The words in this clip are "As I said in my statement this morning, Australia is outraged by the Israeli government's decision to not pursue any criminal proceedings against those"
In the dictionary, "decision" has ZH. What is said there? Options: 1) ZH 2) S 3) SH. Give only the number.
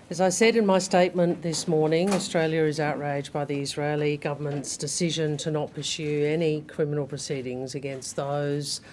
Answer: 1